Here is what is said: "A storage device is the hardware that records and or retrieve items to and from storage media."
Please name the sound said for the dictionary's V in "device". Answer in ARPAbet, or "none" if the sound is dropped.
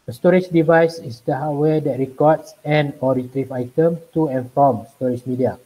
V